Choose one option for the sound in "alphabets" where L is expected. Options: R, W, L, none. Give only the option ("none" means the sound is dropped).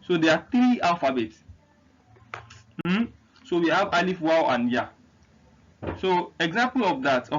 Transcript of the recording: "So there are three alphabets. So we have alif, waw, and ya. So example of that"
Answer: none